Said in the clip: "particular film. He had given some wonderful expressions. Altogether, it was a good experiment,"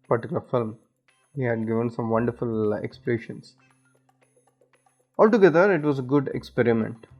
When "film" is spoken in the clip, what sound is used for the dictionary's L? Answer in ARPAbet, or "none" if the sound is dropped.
L